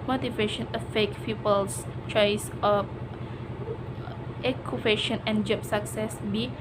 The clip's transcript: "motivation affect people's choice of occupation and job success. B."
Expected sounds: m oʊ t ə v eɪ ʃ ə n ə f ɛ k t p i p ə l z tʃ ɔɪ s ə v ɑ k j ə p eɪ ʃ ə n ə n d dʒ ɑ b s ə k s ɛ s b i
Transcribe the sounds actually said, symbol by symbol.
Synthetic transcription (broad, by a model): m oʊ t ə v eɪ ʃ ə n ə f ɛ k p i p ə l s tʃ ɔɪ s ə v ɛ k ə f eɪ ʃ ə n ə n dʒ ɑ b s ə k s ɛ s b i